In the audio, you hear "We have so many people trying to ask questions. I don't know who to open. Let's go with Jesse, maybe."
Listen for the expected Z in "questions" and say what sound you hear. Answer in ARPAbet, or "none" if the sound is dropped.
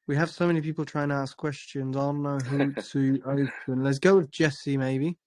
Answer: Z